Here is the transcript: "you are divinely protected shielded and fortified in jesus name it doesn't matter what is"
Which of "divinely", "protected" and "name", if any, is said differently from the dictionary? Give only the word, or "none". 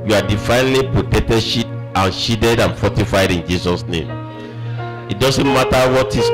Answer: divinely